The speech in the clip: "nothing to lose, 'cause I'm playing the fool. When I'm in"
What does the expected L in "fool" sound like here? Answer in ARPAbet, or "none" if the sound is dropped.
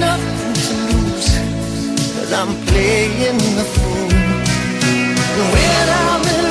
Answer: N